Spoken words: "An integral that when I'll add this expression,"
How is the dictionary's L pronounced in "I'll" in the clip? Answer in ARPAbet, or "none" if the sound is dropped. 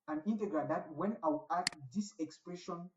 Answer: W